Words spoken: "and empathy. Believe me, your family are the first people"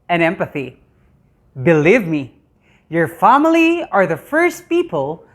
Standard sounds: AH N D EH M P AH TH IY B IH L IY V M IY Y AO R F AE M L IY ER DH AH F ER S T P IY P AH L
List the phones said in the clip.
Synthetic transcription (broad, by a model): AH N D EH M P AH TH IY B IH L IY V M IY Y AO R F AE M L IY ER DH AH F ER S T P IY P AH L